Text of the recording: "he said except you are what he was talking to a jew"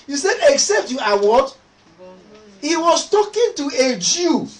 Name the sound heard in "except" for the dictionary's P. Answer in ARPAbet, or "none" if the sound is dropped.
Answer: P